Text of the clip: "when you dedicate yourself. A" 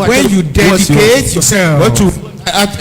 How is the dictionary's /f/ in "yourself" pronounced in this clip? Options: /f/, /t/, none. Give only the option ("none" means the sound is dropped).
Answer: none